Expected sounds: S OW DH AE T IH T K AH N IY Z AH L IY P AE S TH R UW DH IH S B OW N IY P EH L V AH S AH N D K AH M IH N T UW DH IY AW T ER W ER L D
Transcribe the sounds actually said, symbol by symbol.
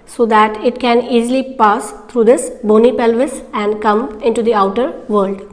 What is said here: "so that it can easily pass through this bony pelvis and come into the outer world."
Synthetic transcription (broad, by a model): S OW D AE T IH T K AH N IY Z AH L IY P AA S T R UW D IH S B OW N IY P EH L V AH S AH N D K AH M IH N T UW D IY AW T ER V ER L D